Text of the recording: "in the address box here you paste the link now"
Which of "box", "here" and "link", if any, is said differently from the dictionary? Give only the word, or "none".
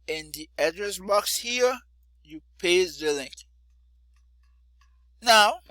none